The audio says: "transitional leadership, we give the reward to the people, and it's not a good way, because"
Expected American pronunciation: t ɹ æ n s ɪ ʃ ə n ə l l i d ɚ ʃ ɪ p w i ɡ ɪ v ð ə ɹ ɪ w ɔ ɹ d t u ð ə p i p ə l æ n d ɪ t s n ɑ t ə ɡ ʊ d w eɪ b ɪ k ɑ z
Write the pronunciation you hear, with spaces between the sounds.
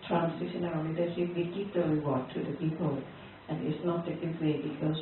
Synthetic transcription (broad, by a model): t ɹ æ n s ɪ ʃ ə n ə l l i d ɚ s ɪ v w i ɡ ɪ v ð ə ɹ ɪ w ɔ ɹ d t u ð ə p i p ə l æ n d ɪ t s n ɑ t ə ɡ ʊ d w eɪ b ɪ k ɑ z